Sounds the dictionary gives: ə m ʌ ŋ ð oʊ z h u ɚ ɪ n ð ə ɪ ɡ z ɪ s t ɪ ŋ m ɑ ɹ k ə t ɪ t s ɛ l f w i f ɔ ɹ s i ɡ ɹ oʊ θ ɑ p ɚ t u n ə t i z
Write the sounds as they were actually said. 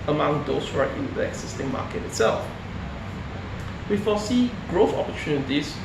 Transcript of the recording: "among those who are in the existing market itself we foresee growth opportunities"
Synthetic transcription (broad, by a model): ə m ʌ ŋ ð oʊ s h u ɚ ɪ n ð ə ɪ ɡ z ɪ s t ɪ ŋ m ɑ k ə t ɪ t s ɛ l f w i f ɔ s i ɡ ɹ oʊ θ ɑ p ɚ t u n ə t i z